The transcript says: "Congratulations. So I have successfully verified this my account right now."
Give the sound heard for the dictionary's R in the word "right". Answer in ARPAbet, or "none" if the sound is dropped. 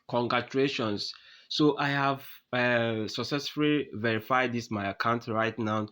R